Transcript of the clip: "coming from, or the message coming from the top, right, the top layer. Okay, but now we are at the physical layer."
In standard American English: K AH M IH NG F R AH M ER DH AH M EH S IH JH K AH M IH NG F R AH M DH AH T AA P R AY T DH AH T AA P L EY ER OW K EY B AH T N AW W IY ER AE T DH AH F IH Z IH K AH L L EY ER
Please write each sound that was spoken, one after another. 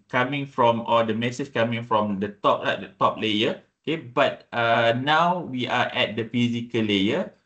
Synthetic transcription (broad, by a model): K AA M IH NG F R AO M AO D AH M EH S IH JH K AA M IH NG F R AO M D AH T AA P L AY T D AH T AA P L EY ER OW K EY B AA T N AW W IY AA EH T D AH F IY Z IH K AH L L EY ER